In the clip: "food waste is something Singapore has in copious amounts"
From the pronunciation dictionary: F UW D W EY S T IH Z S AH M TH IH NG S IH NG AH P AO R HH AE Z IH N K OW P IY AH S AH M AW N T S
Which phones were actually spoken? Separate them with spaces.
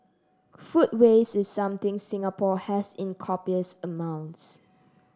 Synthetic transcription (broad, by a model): F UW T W EY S IH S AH M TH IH NG S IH NG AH P AO HH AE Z IH N K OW P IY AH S AH M AW N T S